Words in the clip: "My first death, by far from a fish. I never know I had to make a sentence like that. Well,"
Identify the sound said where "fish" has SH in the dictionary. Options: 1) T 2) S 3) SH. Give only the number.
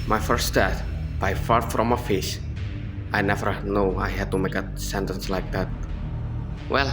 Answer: 2